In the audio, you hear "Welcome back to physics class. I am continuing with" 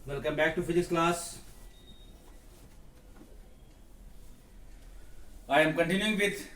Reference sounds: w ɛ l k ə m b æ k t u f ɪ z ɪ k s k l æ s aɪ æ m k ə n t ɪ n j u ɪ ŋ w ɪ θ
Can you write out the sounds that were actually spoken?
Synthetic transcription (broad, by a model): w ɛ l k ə m b æ k t u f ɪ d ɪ s k l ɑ s aɪ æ m k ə n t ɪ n j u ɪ ŋ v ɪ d